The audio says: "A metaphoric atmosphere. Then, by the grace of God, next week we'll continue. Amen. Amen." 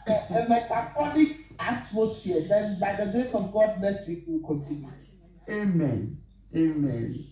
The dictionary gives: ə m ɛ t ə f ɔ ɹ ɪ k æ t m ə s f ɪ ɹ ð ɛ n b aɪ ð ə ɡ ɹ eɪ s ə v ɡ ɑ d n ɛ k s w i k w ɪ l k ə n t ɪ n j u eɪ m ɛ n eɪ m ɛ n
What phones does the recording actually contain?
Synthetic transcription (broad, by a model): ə m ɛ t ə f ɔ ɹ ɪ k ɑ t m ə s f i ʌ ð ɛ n b aɪ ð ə ɡ ɹ eɪ s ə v ɡ ɑ d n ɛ s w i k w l k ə n t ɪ n j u eɪ m ɛ n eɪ m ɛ n